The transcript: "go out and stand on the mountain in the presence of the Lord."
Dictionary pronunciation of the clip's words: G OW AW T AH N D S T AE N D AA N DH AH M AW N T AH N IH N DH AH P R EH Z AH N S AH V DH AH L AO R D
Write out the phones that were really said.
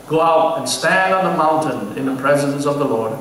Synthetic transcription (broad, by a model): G OW AW T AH N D S T AE N D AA N DH AH M AW N T AH N IH N DH AH P R EH Z AH N S AH V DH AH L AO R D